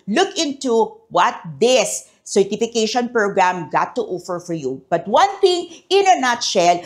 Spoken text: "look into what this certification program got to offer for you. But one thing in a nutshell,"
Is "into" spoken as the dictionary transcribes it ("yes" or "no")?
yes